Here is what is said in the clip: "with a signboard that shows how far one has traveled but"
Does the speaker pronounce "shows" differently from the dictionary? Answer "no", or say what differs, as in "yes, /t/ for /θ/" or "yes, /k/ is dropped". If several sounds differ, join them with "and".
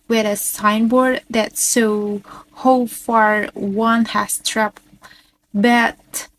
yes, /s/ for /ʃ/ and /z/ is dropped